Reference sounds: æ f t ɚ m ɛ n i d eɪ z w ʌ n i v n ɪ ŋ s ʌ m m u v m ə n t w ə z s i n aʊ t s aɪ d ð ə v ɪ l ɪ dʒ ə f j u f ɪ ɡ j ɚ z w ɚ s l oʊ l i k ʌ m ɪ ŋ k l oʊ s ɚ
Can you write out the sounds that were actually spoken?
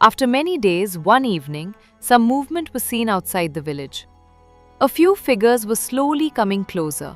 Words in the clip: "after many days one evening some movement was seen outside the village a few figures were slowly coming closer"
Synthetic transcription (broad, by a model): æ f t ɚ m ɛ n i d eɪ z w ʌ n i v n ɪ ŋ s ʌ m m u v m ə n t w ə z s i n aʊ t s aɪ d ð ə v ɪ l ɪ dʒ ə f j u f ɪ ɡ ɚ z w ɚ s l oʊ l i k ʌ m ɪ ŋ k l oʊ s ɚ